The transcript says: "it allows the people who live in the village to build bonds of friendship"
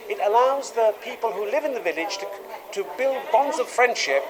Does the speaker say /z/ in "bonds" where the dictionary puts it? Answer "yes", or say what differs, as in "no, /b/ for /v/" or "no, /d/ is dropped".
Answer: yes